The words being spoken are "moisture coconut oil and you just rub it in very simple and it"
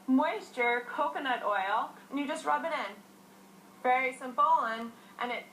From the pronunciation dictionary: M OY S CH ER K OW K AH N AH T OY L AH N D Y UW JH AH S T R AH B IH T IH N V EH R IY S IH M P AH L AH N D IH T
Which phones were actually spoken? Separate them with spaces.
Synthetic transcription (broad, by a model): M OY S CH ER K OW K AH N AH T OY L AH N Y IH JH AH S T R AH B IH T IH N V EH R IY S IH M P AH N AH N IH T